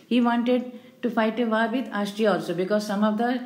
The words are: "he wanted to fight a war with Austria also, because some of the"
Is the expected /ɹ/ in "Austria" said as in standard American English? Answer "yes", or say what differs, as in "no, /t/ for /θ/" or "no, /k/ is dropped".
no, /ɹ/ is dropped